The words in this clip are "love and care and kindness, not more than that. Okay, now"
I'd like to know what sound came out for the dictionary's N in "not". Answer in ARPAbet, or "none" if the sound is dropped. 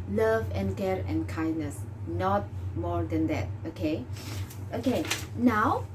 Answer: N